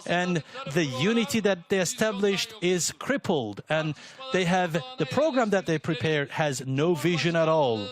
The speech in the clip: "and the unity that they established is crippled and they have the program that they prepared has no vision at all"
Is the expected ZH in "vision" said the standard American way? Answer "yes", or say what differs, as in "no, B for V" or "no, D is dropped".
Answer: yes